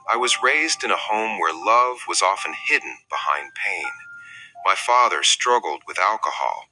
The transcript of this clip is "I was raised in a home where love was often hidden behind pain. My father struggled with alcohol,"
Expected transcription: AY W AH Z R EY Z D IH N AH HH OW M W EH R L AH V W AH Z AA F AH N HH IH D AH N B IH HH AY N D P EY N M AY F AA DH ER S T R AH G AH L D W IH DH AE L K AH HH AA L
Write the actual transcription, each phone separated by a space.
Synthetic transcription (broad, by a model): AY W AH Z R EY Z D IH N AH HH OW M W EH R L AH V W AH Z AA F AH N HH IH D N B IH HH AY N P EY N M AY F AA DH ER S T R AH G L D W IH DH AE L K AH HH AA L